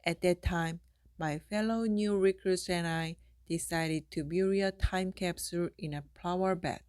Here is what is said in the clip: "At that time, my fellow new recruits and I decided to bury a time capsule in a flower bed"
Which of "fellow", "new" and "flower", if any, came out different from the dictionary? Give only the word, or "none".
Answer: flower